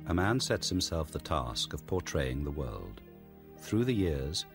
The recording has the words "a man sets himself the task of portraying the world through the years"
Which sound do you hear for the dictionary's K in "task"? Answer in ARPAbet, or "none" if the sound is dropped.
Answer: K